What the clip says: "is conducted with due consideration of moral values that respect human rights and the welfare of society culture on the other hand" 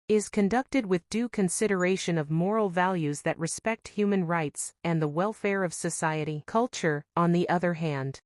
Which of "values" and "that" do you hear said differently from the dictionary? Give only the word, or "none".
none